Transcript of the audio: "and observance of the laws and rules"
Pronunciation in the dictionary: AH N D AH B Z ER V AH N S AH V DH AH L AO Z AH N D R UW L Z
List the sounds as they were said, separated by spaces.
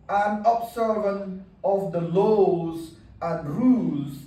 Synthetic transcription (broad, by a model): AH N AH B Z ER V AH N AH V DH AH L AO Z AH N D R UW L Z